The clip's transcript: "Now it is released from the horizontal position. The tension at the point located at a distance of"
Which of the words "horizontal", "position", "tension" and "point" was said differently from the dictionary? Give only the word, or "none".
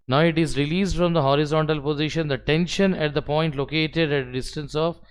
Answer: none